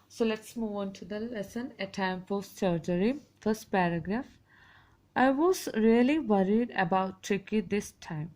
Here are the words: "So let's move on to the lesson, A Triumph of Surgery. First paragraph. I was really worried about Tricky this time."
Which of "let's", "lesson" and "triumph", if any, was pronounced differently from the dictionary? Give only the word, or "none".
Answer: triumph